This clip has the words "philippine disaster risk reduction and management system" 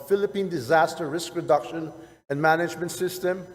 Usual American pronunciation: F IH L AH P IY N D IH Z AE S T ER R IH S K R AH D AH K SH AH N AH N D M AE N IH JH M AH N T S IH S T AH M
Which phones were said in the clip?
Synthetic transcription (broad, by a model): F IH L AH P IY N D IH Z AE S T ER R IH S K R AH D AH K SH AH N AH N M AE N IH JH M AH N T S IH S T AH M